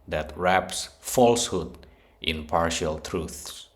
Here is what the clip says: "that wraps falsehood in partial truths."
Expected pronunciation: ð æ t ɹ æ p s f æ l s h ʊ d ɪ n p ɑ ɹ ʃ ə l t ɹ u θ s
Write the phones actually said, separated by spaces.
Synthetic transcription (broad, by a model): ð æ t ɹ æ p s f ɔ l s h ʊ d ɪ n p ɑ ɹ ʃ ə l t ɹ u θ s